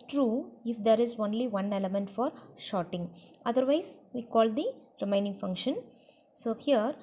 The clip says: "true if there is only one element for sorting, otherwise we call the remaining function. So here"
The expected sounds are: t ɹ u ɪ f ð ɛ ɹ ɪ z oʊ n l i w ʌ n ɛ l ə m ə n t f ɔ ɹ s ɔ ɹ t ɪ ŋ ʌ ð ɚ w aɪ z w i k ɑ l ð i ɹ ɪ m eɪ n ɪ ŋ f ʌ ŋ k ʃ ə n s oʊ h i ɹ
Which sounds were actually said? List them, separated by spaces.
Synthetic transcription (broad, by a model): t ɹ u ɪ f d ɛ ɹ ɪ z oʊ n l i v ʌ n ɛ l ə m ə n t f ɔ ɹ ʃ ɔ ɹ t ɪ ŋ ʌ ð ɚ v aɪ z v i k ɑ l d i ɹ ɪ m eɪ n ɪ ŋ f ʌ ŋ k ʃ ə n s oʊ h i ɹ